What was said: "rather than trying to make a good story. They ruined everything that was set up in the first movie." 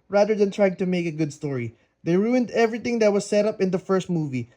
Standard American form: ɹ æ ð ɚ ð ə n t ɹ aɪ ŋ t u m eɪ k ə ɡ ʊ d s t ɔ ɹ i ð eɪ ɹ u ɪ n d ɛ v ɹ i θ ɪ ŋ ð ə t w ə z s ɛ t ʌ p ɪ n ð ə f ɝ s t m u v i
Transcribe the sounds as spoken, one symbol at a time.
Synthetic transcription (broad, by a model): ɹ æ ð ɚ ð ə n t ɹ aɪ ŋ t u m eɪ k ə ɡ ʊ d s t ɔ ɹ i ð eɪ ɹ u ɪ n d ɛ v ɹ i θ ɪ ŋ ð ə t w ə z s ɛ t ʌ p ɪ n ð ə f ɝ s t m u v i